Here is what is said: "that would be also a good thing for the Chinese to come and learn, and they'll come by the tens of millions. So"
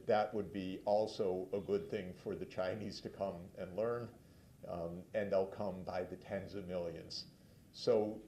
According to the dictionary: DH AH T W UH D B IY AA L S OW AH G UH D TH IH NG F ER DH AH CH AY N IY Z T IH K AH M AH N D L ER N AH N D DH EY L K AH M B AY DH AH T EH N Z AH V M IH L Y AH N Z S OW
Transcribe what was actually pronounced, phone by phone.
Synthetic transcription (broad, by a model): DH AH T W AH D B IY AA L S OW AH G UH D TH IH NG F ER DH AH CH AY N IY Z T IH K AH M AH N L ER N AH N DH EY L K AH M B AY DH AH T EH N Z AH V M IH L Y AH N Z S OW